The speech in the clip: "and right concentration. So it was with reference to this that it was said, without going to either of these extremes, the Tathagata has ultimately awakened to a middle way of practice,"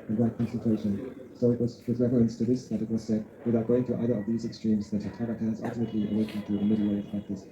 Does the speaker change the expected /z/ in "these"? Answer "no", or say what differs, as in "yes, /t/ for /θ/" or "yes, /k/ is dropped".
no